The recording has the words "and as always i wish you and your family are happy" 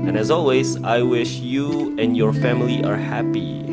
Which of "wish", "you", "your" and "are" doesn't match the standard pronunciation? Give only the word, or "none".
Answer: none